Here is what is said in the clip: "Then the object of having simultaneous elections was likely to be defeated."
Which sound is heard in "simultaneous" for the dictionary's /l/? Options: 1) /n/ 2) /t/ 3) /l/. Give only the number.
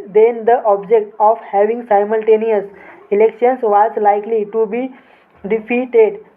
3